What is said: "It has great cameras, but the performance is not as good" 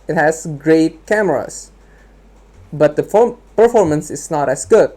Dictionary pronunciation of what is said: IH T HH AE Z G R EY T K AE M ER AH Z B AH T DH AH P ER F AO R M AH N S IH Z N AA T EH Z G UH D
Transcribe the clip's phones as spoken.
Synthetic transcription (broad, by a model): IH T HH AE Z G R EY T K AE M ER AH S B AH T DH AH P ER F AO R M AH N S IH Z N AA T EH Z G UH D